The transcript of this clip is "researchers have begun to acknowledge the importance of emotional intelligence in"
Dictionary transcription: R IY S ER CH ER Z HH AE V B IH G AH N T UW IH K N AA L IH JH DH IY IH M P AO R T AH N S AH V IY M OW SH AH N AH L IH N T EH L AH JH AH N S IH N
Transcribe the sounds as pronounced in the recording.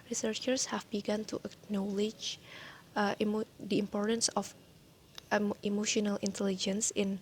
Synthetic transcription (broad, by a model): R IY S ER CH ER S HH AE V B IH G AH N T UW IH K N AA L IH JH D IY IH M P AO R T AH N S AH F IY M OW SH AH N AH L IH N T EH L AH JH AH N S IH N